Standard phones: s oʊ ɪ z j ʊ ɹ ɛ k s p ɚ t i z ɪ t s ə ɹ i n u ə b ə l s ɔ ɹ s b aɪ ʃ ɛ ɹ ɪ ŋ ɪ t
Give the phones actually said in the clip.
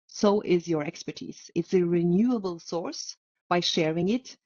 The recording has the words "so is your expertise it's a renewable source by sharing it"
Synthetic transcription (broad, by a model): s oʊ ɪ z j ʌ ɹ ɛ k s p ɚ t i z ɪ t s ə ɹ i n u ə b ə l s ɔ ɹ s b aɪ ʃ ɛ ɹ ɪ ŋ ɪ t